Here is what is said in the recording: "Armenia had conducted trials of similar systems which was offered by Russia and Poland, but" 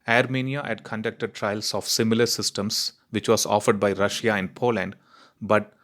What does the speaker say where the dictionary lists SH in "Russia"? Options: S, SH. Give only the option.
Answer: SH